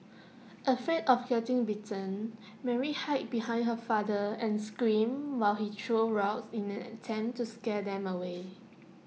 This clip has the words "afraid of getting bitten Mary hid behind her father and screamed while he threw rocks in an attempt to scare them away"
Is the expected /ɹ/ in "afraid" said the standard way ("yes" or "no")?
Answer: no